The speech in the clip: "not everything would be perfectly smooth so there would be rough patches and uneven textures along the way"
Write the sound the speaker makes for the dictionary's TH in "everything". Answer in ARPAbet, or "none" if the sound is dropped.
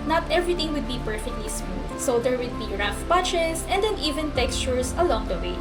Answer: T